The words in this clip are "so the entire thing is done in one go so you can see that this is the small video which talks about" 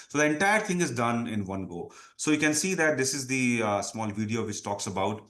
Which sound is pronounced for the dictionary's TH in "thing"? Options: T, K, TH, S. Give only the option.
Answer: T